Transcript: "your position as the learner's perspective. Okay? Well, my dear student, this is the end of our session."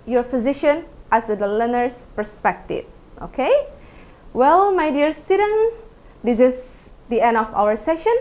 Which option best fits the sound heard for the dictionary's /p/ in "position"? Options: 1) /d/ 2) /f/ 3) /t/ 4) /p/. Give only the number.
2